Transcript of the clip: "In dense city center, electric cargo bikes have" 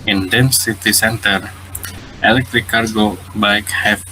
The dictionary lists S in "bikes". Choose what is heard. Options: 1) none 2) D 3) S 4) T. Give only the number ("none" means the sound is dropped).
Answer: 1